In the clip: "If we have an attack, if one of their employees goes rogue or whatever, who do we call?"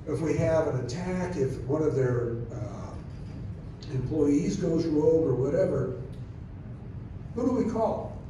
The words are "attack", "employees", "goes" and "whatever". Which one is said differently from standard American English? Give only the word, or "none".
none